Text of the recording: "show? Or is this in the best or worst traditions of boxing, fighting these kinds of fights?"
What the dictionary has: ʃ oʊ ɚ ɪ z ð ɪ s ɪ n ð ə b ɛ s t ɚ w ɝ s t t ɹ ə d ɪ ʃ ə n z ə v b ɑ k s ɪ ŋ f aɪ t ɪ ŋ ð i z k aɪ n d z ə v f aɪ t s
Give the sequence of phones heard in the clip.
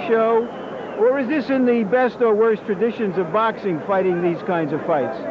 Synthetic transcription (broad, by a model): ʃ oʊ ɚ ɪ z ð ɪ s ɪ n ð ə b ɛ s t ɚ w ɝ s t t ɹ ə d ɪ ʃ ə n z ə v b ɑ k s ɪ ŋ f aɪ t ɪ ŋ ð i z k aɪ n d z ə v f aɪ t s